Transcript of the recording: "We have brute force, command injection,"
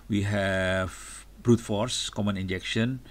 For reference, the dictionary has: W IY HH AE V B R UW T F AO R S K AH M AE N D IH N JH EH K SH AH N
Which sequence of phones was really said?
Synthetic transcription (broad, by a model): W IY HH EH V B R UW T F AO R S K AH M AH N IH N JH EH K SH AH N